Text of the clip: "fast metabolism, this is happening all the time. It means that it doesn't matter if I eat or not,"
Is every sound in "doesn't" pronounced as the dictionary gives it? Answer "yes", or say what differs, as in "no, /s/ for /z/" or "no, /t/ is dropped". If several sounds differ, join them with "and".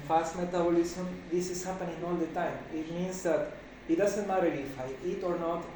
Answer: no, /s/ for /z/